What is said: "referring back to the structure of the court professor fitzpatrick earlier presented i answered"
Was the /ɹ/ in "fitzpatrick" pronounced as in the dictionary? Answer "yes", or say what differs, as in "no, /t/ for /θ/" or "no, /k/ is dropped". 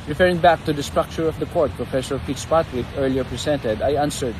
no, /w/ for /ɹ/